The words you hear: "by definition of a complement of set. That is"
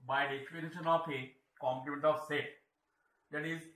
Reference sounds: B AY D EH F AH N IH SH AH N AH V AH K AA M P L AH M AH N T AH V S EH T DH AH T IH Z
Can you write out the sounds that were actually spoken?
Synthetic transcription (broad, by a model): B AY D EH P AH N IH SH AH N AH P AH K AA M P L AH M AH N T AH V S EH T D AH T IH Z